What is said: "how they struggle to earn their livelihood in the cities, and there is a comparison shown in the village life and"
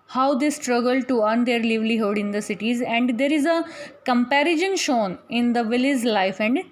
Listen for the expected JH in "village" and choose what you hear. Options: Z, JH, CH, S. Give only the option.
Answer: Z